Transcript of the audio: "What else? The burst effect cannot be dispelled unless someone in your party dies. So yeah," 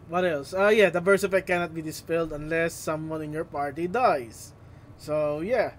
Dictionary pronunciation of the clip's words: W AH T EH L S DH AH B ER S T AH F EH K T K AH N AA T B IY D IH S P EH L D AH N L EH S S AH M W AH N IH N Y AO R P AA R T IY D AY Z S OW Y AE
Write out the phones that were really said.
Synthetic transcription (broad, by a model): W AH T EH L S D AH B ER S AH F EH T K AH N AA T B IY D IH S P EH L D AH N L EH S S AH M W AH N IH N Y AO R P AA R T IY D AY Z S OW Y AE